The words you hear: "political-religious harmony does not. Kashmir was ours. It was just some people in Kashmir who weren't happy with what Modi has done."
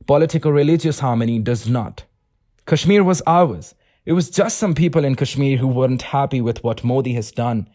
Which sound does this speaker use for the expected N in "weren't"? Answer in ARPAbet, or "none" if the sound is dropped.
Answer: N